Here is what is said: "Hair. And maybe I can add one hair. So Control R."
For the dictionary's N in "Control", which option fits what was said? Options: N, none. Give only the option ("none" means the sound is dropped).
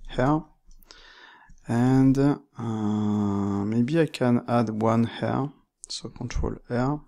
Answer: none